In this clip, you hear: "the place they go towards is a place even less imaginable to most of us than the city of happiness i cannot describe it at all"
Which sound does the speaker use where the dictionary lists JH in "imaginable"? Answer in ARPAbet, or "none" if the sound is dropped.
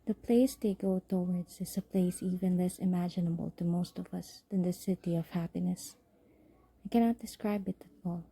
JH